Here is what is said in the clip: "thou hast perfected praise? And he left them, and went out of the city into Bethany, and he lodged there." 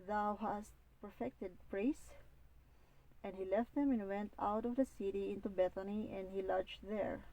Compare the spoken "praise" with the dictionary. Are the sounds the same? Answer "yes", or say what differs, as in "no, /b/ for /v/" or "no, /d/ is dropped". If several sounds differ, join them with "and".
no, /s/ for /z/